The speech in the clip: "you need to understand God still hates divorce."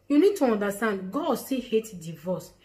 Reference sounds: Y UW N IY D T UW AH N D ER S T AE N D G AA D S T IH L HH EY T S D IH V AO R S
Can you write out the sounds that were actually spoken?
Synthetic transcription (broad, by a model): Y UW N IY D T UW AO N D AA S T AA N D G AA D S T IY HH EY T D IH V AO S